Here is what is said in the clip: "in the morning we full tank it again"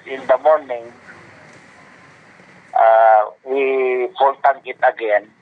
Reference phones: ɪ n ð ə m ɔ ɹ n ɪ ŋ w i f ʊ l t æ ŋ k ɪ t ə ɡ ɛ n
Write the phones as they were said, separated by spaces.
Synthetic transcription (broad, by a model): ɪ n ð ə m ɔ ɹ n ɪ ŋ w i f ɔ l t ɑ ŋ ɪ t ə ɡ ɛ n